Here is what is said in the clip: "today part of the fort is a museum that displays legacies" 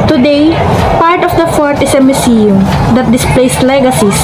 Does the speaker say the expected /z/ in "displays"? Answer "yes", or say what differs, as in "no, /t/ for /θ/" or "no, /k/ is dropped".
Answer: no, /s/ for /z/